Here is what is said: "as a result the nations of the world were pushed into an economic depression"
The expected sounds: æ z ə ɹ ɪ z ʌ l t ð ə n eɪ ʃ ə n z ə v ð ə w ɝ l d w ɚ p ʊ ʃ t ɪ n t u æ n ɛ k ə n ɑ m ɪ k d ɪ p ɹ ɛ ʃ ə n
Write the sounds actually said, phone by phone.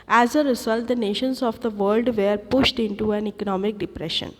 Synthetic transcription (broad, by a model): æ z ə ɹ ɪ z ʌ l t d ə n eɪ ʃ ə n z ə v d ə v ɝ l d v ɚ p ʊ ʃ t ɪ n t u æ n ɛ k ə n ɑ m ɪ k d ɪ p ɹ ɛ ʃ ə n